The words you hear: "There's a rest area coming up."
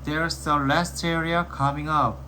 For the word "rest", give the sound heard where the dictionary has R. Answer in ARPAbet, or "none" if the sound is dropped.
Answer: L